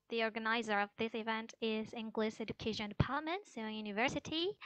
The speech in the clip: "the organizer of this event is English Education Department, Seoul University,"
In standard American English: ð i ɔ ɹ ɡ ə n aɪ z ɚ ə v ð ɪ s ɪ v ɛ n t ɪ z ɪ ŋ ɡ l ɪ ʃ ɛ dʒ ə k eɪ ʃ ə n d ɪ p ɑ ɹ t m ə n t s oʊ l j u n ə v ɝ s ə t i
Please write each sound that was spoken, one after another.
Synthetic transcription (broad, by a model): ð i ɔ ɹ ɡ ə n aɪ z ɚ ə v ð ɪ s ɪ v ɛ n t ɪ z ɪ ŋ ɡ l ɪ s ɛ dʒ ə k eɪ ʃ ə n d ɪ p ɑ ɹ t m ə n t s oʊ n j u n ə v ɝ s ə t i